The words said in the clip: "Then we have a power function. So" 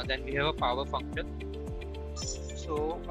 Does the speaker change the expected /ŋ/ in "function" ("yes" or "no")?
no